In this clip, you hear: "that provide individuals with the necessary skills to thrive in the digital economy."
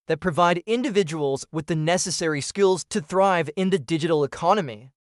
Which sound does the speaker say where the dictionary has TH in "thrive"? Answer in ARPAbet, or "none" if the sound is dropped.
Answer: TH